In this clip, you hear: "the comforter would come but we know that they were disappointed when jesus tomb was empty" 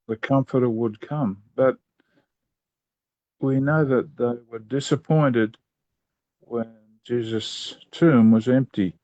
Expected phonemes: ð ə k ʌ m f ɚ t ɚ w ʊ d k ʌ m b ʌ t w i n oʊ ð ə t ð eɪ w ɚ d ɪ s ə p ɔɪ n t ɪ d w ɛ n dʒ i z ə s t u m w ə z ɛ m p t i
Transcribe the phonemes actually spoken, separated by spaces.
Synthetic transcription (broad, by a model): ð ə k ʌ m f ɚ t ɚ w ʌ d k ʌ m b ʌ t w i n oʊ ð ə t ð eɪ w ɚ d ɪ s ə p ɔɪ n t ɪ d w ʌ n dʒ i z ə s t u m w ə z ɛ m p t i